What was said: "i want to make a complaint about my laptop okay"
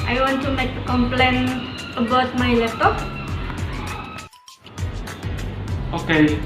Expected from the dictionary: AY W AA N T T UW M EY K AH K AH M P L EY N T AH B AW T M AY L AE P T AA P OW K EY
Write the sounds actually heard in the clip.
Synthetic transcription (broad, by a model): AY W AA N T T UW M EY K AH K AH M P L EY N AH B AW T M AY L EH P T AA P OW K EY